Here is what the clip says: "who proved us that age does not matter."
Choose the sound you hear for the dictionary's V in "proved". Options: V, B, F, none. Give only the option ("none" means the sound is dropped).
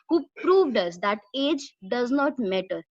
V